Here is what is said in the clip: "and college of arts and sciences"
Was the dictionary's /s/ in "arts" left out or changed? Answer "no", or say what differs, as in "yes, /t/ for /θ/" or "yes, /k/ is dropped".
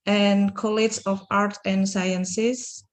yes, /s/ is dropped